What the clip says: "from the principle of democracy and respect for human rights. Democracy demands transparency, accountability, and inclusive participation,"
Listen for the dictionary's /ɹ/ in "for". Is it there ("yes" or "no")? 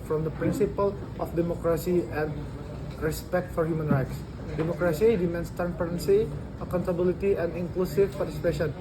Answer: yes